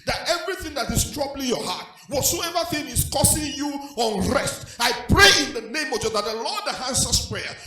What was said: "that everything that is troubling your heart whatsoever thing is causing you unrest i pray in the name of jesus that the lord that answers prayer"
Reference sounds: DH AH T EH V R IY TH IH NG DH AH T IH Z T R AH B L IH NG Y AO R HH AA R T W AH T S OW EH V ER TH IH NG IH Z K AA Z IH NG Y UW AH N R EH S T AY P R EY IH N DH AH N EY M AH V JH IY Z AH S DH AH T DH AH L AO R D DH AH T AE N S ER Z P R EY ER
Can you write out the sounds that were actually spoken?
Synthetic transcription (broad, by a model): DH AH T EH V R IY TH IH NG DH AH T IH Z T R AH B L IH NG Y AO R HH AA T W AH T S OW EH V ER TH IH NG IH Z K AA S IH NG Y UW AH N R EH S T AY P R EY IH N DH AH N EY M AH V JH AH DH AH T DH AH L AO D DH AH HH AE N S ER S P R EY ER